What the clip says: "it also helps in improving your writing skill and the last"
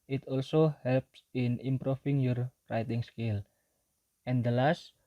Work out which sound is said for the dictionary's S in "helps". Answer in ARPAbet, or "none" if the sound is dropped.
S